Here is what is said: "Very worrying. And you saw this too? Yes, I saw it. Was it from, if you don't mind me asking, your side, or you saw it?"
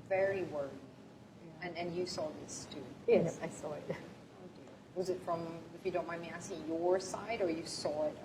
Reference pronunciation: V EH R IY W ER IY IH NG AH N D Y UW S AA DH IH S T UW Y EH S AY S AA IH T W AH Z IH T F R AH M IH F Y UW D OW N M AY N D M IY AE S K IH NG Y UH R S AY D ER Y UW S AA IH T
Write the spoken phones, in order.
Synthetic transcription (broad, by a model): V EH R IY W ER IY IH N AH N Y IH S AA DH IH S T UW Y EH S AY S AA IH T W AH Z IH T F R AH M IH F Y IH D OW N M AY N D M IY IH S IH Y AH R S AY D ER Y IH S AA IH T